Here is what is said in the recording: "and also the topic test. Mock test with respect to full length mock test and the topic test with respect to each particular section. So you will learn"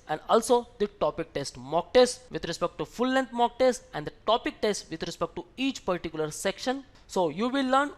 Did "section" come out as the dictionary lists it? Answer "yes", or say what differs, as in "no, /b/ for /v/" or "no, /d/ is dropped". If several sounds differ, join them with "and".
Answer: yes